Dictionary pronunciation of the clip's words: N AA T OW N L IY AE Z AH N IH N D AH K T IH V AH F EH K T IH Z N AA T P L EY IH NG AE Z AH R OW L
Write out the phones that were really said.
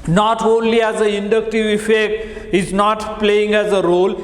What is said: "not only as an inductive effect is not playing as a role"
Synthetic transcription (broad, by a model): N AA T OW N L IY AE Z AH IH N D AH K T IH V AH F EH K T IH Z N AA T P L EY IH NG AE Z AH R OW L